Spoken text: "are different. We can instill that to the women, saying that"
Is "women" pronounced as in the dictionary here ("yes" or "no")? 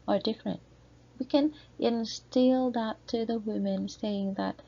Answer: yes